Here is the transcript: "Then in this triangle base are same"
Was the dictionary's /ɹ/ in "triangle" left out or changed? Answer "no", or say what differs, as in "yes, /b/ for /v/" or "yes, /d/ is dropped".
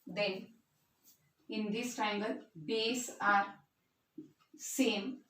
yes, /ɹ/ is dropped